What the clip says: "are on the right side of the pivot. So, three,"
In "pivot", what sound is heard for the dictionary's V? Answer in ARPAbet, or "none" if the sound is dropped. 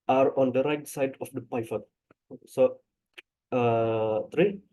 F